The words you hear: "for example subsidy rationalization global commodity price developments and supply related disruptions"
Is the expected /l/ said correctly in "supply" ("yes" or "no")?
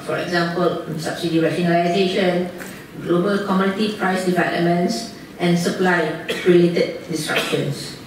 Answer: yes